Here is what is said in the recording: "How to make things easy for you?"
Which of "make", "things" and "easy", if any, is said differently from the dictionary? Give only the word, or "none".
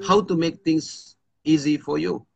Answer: things